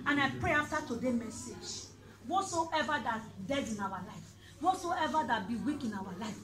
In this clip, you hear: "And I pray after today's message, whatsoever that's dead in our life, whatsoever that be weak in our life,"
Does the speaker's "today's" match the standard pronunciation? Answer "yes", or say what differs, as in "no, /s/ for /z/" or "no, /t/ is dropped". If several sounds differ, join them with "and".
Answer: no, /z/ is dropped